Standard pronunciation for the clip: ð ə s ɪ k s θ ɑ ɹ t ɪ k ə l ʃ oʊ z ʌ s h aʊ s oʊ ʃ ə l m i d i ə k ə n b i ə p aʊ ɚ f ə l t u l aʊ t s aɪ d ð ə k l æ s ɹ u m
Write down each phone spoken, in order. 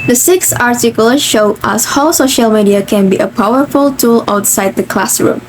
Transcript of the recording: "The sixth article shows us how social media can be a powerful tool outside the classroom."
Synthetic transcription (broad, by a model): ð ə s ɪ k s ɑ ɹ t ɪ k ə l ʃ oʊ ʌ s h aʊ s oʊ ʃ ə l m i d i ə k ə n b i ə p aʊ ɚ f ə l t u l aʊ t s aɪ d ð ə k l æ s ɹ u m